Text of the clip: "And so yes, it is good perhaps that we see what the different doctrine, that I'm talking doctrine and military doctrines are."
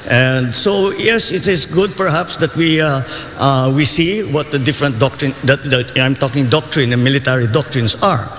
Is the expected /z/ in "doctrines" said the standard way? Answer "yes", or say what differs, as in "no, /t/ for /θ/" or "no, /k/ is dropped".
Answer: no, /s/ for /z/